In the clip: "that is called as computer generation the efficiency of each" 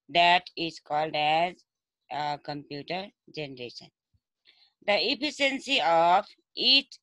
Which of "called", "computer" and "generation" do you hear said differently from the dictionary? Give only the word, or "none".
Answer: none